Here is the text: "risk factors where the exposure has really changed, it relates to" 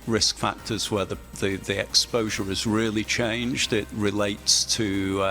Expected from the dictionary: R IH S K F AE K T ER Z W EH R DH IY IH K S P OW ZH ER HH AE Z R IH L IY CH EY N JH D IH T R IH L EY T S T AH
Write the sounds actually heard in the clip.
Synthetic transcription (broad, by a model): R IH S K F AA K T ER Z W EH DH DH IY IH K S P OW ZH ER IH Z R IH L IY CH EY N JH D IH T R IH L EY T S T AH